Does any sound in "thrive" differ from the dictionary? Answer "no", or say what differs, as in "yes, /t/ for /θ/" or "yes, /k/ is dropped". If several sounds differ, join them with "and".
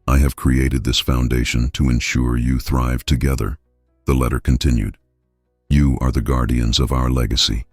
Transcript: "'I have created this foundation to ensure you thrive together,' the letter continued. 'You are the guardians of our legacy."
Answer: no